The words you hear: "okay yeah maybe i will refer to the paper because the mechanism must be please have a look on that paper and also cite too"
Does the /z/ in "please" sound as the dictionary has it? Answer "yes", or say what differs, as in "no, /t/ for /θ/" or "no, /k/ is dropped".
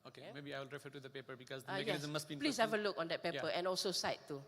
no, /s/ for /z/